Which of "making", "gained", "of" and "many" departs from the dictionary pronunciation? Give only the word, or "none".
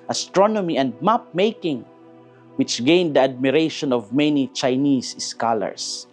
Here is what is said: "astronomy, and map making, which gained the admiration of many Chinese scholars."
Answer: none